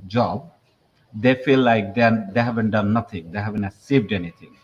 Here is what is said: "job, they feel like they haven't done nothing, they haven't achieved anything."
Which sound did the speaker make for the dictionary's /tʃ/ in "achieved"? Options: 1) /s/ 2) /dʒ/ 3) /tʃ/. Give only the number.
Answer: 1